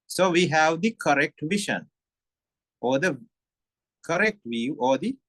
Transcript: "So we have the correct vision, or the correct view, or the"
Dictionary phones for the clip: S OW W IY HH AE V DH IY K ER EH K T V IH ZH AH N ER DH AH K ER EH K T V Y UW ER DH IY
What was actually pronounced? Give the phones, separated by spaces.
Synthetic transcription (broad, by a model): S OW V IY HH AE V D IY K ER EH K T V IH SH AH N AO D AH K ER EH K T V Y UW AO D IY